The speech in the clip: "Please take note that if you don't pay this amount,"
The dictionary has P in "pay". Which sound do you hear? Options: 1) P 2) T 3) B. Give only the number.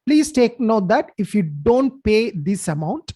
1